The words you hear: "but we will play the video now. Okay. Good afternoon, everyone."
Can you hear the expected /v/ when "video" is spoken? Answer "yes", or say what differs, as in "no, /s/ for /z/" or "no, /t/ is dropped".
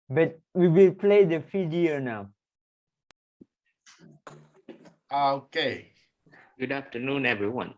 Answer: no, /f/ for /v/